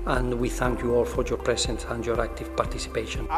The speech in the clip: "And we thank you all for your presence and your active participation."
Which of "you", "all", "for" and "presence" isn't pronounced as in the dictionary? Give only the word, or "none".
presence